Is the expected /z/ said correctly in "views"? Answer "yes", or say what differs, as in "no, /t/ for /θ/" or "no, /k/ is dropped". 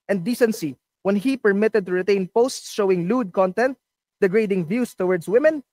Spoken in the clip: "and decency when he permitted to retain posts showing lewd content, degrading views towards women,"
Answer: no, /s/ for /z/